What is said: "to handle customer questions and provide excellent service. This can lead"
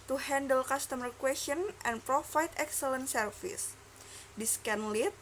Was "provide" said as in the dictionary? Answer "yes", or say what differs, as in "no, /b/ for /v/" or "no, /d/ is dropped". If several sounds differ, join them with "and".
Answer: no, /f/ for /v/